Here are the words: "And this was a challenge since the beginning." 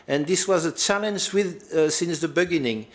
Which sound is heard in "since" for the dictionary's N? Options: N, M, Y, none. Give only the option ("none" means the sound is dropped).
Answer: N